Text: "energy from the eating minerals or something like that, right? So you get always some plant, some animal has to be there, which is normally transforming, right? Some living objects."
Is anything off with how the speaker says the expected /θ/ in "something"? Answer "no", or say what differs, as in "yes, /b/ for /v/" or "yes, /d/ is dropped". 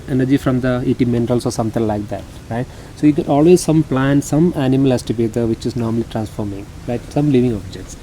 yes, /t/ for /θ/